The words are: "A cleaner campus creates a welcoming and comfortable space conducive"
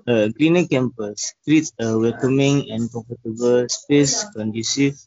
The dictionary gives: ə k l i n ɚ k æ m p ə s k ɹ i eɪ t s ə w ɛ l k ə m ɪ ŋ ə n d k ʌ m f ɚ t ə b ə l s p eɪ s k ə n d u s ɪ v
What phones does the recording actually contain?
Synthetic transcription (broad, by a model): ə k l i n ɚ k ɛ m p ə s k ɹ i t ə w ɛ l k ə m ɪ ŋ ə n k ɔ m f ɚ t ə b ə l s p eɪ s k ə n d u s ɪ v